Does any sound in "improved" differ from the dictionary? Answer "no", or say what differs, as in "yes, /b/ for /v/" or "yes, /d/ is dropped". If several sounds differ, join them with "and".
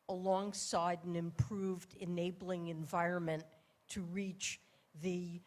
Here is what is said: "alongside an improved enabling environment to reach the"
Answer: no